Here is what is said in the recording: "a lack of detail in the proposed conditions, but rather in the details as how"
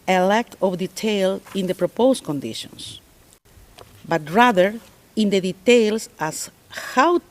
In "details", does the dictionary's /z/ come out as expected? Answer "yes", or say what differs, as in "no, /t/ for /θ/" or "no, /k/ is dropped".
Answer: no, /s/ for /z/